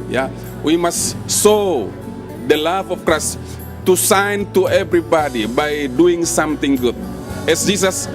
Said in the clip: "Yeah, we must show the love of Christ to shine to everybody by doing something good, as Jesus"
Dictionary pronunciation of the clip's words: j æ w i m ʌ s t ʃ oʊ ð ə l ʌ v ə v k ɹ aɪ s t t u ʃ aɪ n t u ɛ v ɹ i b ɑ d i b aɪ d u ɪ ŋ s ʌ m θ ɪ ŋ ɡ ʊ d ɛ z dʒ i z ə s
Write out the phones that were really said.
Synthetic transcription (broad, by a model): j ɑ w i m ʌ s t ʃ oʊ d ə l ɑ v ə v k ɹ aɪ s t t u s aɪ n t u ɛ v ɹ i b ɑ d i b aɪ d u ɪ ŋ s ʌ m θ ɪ ŋ ɡ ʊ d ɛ s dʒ i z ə s